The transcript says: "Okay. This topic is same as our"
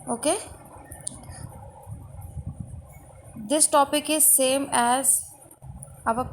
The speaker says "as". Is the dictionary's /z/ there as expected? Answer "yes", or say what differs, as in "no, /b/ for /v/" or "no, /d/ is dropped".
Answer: yes